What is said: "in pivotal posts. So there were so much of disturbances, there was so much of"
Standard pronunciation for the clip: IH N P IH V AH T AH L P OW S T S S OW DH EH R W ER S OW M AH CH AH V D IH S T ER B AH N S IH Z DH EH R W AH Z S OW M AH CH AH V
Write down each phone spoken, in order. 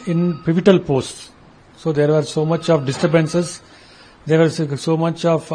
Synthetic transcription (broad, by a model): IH N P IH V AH T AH L P OW S T S S OW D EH R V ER S OW M AH CH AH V D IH S T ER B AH N S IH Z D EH R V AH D S OW M AH CH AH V